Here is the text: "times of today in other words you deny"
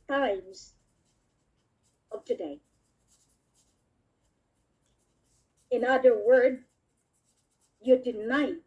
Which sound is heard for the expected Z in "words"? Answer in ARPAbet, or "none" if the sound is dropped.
none